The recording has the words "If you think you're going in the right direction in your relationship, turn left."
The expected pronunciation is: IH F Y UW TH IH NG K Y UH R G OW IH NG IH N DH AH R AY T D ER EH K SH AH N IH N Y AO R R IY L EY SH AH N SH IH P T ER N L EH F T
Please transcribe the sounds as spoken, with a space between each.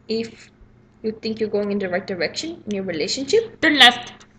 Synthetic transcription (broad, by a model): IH F Y UW T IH NG K Y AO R G OW IH NG IH N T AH R AY T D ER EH K SH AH N IH N Y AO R R IY L EY SH AH N SH IH P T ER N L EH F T